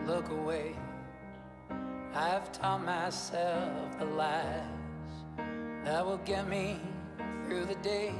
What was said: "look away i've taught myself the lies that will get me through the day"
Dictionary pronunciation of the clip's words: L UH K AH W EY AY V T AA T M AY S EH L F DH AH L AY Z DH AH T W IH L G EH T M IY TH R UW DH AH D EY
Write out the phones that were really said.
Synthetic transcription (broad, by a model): L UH K AH W EY AY V T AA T M AY S EH L F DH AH L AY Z DH AH T W IH L G EH T M IY TH R UW DH AH D EY